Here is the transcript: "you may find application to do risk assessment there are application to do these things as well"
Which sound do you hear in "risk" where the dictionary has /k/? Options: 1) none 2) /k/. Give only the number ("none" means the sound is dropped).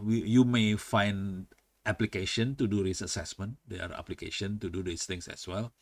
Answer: 1